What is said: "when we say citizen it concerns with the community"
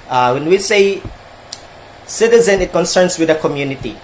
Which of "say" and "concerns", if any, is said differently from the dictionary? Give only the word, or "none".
concerns